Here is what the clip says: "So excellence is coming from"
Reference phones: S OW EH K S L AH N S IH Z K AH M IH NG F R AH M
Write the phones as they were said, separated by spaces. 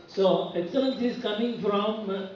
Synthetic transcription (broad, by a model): S OW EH S AH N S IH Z K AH M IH NG F R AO M